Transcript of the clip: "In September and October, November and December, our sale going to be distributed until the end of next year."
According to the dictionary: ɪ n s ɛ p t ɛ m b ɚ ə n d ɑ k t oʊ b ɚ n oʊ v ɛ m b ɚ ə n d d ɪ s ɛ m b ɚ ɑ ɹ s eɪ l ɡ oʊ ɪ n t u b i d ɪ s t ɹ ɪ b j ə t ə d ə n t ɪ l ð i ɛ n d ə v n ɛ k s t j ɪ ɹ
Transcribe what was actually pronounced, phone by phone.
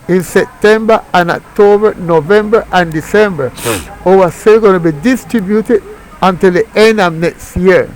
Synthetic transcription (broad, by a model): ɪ n s ɛ p t ɛ m b ɚ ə n ɑ k t oʊ b ɚ n oʊ v ɛ m b ɚ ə n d d ɪ s ɛ m b ɚ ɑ w s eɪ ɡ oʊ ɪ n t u b i d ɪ s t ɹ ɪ b j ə t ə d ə n t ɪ l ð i ɛ n d ə v n ɛ k s t j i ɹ